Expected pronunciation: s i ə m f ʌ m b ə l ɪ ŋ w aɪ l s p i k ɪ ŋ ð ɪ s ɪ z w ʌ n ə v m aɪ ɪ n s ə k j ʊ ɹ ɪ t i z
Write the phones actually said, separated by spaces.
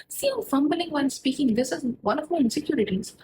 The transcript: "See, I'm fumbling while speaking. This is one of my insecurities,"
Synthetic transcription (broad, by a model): s i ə f ʌ m b ə l ɪ ŋ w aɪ n s p i k ɪ ŋ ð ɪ s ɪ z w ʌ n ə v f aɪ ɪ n s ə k j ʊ ɹ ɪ t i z